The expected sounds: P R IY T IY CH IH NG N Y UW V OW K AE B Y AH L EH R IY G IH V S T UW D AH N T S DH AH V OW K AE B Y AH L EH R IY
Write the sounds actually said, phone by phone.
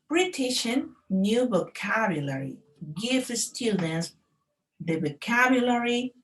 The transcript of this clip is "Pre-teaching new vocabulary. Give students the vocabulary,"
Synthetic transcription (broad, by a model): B R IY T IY SH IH N Y UW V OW K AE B Y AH L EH R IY G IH F S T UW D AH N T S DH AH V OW K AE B Y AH L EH R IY